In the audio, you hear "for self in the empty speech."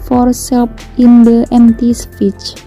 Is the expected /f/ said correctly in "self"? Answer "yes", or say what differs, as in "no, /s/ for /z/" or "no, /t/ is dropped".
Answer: no, /p/ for /f/